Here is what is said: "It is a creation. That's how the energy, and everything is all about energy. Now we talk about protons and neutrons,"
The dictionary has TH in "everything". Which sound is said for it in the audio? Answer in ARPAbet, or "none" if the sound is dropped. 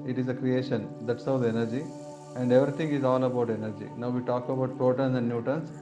T